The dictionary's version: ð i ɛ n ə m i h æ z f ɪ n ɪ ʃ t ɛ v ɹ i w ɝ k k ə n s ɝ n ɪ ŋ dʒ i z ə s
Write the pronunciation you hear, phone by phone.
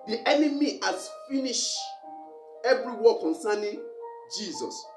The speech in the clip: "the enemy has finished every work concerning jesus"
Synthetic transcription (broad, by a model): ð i ɛ n ə m i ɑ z f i n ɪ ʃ ɛ v ɹ i w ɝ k k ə n s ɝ n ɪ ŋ dʒ i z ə s